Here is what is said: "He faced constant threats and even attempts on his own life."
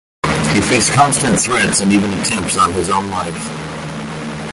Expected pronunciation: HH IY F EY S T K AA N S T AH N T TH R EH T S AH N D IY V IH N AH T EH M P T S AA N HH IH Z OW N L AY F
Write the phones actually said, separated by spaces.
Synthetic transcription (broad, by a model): HH IY F EY S K AA N S T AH N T TH R EH T S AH N IY V IH N AH T EH M P T S N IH Z OW N L AY F